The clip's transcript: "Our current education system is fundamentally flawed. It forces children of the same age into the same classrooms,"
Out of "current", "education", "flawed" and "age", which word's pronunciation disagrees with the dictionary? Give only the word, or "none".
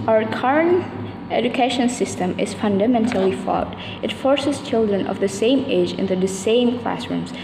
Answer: flawed